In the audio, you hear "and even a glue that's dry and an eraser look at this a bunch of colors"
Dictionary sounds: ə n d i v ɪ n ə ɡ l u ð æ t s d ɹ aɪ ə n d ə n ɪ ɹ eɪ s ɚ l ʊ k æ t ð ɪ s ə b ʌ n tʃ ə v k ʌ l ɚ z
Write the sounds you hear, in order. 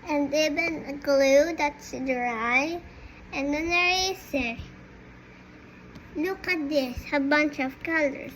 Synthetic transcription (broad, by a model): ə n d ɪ b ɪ n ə ɡ l u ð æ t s d ɹ aɪ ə n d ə n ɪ ɹ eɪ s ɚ n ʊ k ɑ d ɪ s ə b ʌ n tʃ ə v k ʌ l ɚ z